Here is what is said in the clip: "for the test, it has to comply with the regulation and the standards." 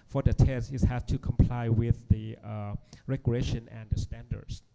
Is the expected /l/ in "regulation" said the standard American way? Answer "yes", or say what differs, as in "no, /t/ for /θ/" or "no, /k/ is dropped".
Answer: no, /l/ is dropped